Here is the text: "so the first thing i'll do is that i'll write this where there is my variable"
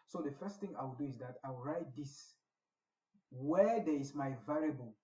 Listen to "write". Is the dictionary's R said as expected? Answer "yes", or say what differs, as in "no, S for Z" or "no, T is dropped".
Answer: yes